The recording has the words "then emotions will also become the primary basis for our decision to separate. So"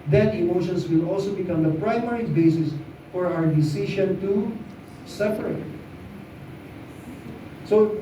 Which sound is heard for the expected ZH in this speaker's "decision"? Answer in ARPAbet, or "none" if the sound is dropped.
SH